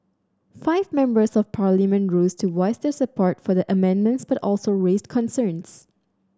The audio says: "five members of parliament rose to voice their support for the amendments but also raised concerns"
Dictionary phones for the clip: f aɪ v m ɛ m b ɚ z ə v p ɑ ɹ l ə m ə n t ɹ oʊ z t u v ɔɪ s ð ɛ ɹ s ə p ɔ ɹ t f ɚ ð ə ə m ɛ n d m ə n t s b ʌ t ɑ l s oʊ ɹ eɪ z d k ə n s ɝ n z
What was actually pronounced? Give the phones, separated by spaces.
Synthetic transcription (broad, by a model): f aɪ v m ɛ m b ɚ s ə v p ɑ ɹ l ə m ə n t ɹ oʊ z t u w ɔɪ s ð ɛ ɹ s ə p ɔ ɹ t f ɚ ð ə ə m ɛ n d m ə n t s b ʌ t ɑ l s oʊ ɹ eɪ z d k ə n s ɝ n s